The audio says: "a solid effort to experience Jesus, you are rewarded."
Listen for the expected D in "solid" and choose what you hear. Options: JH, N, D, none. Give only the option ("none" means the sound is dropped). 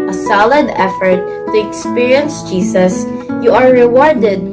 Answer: D